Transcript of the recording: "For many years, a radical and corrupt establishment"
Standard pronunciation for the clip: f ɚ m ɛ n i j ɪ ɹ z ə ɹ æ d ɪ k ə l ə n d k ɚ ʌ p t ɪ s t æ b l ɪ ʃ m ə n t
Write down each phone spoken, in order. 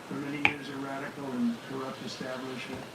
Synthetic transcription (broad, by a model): f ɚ m ɛ n i j ɪ ɹ z ə ɹ æ d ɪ k l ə n k ɚ ʌ p t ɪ s t æ b l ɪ ʃ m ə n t